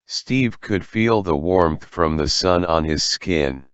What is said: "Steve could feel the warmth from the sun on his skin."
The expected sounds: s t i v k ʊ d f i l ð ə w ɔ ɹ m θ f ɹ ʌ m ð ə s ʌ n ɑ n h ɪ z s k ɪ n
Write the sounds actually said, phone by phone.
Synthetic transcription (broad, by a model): s t i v k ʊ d f i l ð ə w ɔ ɹ m θ f ɹ ʌ m ð ə s ʌ n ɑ n ɪ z s k ɪ n